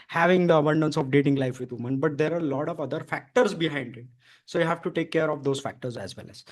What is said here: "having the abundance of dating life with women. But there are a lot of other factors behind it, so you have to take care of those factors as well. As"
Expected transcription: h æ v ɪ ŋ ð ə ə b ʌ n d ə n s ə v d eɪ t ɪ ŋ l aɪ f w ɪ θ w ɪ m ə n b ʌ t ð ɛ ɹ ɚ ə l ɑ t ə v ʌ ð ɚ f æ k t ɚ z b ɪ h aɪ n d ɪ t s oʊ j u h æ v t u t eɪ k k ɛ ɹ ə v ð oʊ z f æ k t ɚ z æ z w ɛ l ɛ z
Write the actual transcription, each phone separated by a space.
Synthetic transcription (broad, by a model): h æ v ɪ ŋ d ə ə b ʌ n d ə n s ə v d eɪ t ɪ ŋ l aɪ f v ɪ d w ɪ m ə n b ʌ t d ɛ ɹ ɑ ə l ɑ t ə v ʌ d ɚ f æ k t ɚ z b ɪ h aɪ n d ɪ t s oʊ j u h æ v t u t eɪ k k ɛ ɹ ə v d oʊ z f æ k t ɚ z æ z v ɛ l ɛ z